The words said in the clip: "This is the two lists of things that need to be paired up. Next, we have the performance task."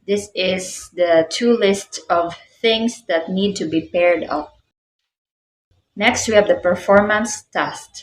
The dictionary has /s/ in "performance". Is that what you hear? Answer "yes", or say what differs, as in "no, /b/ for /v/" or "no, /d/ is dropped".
yes